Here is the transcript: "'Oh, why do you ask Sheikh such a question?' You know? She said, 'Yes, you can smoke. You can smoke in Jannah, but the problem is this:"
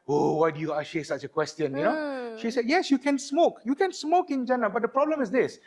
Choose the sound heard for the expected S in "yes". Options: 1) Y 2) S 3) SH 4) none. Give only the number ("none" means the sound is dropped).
2